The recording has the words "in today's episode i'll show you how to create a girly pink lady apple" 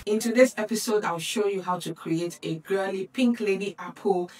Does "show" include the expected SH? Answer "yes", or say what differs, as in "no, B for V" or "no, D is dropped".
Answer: yes